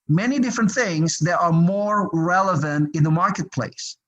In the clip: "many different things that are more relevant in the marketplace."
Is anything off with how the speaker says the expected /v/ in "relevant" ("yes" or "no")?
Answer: no